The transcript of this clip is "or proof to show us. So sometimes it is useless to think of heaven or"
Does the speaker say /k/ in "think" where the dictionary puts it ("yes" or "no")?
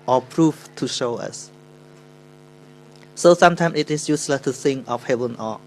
no